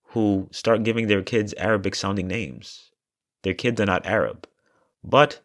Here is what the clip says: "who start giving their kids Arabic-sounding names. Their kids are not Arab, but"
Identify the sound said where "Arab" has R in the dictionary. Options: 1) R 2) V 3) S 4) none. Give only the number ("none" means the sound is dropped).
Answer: 1